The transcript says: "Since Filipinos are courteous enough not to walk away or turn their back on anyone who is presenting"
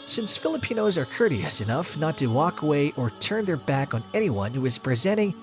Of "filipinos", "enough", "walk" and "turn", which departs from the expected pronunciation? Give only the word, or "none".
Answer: none